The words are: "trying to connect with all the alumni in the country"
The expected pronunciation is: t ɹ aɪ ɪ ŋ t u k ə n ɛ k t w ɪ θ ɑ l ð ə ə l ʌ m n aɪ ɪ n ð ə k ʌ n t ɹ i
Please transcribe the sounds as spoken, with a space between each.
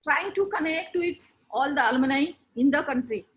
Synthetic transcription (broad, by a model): t ɹ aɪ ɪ ŋ t u k ə n ɛ k t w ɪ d ɑ l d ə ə l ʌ n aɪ ɪ n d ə k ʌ n t ɹ i